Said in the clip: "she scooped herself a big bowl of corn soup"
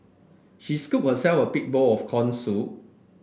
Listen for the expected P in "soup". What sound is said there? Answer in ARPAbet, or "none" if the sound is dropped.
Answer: none